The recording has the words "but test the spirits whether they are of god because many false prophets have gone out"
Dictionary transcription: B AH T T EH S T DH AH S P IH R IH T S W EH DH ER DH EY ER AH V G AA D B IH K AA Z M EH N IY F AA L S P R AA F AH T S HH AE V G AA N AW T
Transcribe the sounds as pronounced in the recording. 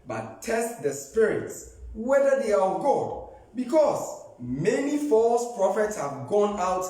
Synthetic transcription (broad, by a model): B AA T T EH S T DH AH S P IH R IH T S W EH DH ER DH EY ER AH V G AA D B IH K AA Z M EH N IY F AA L S P R AA F AH T S HH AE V G AA N AW T